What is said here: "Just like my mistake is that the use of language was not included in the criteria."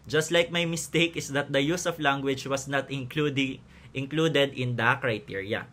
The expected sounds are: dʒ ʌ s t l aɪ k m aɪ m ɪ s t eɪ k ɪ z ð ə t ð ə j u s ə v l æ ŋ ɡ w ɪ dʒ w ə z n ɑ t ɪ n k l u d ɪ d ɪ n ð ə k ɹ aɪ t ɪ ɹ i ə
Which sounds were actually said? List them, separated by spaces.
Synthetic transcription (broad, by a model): dʒ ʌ s t l aɪ k m aɪ m ɪ s t eɪ k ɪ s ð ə t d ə j u s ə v l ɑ ŋ ɡ w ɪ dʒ w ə s n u t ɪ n k l u d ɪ d ɪ n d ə k ɹ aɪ t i ɹ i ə